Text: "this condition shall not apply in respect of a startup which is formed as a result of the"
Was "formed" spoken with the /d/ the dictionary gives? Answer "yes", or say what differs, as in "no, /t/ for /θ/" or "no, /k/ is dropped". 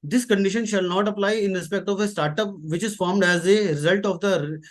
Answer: yes